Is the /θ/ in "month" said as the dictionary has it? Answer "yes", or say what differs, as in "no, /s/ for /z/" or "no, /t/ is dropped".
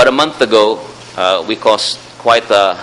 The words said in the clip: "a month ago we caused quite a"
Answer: yes